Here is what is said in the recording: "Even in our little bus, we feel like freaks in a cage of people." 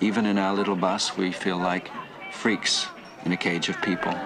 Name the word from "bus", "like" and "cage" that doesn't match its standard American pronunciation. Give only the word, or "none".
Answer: none